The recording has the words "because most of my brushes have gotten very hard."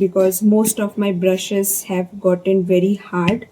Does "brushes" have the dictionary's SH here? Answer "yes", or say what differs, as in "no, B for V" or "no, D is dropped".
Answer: yes